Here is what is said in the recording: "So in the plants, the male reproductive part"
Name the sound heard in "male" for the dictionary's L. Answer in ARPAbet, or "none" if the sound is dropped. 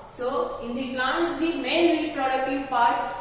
N